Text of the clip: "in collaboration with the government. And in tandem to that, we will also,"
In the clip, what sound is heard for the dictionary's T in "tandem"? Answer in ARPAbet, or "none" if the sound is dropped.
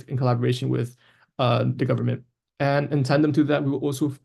S